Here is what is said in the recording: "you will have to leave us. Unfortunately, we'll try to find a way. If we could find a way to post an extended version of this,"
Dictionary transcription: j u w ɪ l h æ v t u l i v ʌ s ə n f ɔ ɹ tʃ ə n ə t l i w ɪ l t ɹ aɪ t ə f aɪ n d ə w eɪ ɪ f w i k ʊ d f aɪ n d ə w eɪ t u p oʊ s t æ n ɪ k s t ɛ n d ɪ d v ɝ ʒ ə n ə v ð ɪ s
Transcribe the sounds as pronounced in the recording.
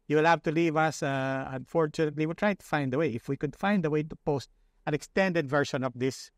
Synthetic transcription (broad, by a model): j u w ɪ l h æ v t u l i v ʌ s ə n f ɔ ɹ tʃ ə n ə t l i w ɪ l t ɹ aɪ t ə f aɪ n d ə w eɪ ɪ f w i k ʊ d f aɪ n d ə w eɪ t u p oʊ s t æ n ɪ k s t ɛ n d ɪ d v ɝ ʃ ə n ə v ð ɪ s